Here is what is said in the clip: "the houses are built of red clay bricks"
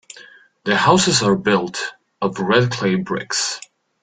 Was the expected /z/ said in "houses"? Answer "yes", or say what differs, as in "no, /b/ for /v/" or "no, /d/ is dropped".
yes